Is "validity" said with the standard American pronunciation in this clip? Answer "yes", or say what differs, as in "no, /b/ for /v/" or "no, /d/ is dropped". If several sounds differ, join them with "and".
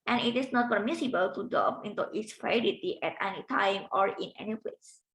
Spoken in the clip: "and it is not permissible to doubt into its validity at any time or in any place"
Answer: no, /f/ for /v/ and /l/ is dropped